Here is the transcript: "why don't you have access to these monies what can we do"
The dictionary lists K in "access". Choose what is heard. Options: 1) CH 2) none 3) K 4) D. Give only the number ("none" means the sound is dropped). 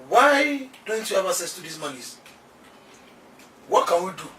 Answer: 2